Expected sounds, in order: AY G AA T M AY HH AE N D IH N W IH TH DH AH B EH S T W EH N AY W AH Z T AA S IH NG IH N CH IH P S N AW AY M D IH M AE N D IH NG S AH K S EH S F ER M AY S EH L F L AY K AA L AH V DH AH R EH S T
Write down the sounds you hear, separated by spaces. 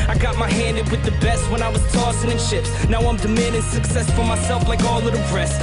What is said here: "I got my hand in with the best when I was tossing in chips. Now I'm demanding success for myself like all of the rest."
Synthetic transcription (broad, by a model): AY G AA T M AY HH AE N D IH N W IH DH AH B EH S T W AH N AY W AH Z T AA S IH NG IH N SH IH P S N AW AY M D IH M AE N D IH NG S AH K S EH S F ER M AY S EH L F L AY K AA L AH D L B R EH S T